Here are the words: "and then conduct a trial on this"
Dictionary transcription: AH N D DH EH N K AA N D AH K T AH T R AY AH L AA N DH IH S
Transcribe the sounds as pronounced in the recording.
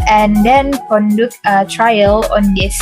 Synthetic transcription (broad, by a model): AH N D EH N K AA N D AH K AH T R AY AH L AA N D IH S